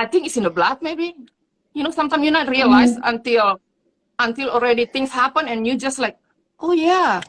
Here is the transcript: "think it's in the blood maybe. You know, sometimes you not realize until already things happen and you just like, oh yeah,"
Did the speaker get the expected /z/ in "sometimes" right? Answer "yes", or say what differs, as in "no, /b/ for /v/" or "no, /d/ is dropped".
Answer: no, /z/ is dropped